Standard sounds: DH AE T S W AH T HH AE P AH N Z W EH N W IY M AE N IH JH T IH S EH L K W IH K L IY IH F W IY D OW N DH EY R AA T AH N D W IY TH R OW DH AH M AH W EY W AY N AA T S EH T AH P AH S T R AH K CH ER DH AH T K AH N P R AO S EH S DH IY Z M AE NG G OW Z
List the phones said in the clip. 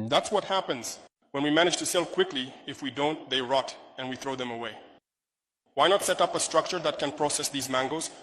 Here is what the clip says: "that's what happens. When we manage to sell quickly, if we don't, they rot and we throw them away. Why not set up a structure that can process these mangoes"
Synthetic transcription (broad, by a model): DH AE T S W AH T HH AE P AH N Z W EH N W IY M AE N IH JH T IH S EH L K W IH K L IY IH F W IY D OW N DH EY R AA T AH N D W IY TH R OW DH AH M AH W EY W AY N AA T S EH T AH P AH S T R AH K CH ER DH AH T K AH N P R AO S EH S DH IY Z M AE NG G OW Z